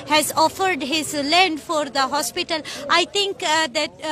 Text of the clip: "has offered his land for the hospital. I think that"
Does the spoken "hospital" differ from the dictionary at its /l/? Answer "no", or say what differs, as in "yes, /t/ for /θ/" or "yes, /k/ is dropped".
no